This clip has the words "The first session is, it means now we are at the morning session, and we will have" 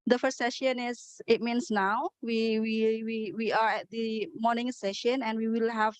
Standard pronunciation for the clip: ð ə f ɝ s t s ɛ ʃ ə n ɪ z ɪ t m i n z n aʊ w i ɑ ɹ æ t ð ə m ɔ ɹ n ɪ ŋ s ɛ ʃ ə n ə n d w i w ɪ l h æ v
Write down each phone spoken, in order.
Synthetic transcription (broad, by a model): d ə f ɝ s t s ɛ ʃ ə n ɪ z ɪ t m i n s n aʊ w i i w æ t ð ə m ɔ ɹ n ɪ ŋ s ɛ ʃ ə n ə n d w i w ɪ l h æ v